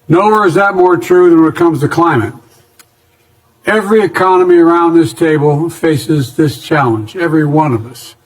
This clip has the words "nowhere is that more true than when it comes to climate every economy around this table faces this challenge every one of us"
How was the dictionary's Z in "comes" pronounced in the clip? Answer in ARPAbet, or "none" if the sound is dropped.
Z